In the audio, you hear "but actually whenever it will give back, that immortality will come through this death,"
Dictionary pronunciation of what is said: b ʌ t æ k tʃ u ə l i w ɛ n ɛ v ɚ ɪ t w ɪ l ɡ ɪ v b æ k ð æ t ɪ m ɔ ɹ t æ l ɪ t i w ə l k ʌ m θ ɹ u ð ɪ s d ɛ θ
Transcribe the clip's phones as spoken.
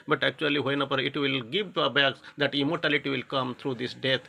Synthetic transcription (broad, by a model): b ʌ t æ k tʃ u ə l i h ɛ n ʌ p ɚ ɪ t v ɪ l ɡ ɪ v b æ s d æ t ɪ m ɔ ɹ t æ l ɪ t i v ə l k ʌ m t ɹ u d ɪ s d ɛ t